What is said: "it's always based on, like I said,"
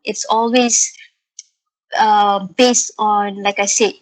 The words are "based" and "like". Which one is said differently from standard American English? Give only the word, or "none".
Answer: none